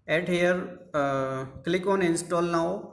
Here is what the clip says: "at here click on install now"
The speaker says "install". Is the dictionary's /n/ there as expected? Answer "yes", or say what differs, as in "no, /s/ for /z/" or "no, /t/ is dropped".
yes